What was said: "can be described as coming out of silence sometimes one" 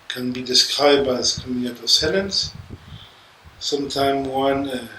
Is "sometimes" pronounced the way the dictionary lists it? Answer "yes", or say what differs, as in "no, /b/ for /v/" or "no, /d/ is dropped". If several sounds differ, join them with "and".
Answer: no, /z/ is dropped